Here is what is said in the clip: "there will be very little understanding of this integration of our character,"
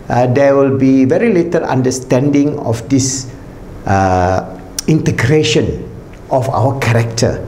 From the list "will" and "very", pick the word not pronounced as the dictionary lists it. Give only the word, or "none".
none